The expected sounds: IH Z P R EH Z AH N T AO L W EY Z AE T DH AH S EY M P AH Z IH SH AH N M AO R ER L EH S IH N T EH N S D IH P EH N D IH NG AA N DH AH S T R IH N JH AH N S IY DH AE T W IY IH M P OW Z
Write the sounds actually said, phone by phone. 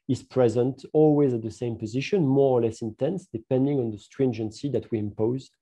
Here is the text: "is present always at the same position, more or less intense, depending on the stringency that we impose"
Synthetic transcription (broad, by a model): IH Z P R EH Z AH N T AO L W EY Z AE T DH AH S EY M P AH Z IH SH AH N M AO R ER L EH S IH N T EH N S D IH P EH N D IH NG AA N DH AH S T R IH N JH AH N S IY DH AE T W IY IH M P OW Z